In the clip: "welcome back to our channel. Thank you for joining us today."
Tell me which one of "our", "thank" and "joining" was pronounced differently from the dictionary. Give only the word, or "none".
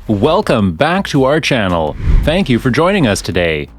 none